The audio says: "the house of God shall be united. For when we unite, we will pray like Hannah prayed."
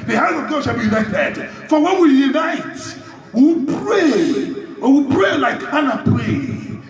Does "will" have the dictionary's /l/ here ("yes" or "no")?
no